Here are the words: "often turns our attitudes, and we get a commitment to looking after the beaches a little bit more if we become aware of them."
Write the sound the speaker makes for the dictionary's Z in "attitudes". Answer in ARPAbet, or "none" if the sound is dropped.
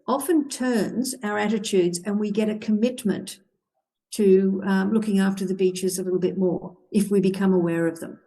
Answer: Z